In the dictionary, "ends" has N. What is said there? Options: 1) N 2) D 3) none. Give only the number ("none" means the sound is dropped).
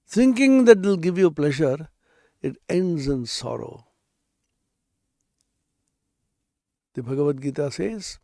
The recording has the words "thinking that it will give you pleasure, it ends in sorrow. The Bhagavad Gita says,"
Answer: 1